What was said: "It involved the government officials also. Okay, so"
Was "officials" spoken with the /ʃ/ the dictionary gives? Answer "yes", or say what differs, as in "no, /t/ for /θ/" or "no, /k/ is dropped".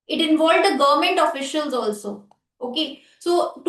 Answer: yes